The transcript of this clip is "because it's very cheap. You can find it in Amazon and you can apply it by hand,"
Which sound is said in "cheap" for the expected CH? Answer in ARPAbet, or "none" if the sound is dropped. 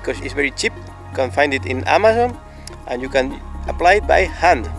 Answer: CH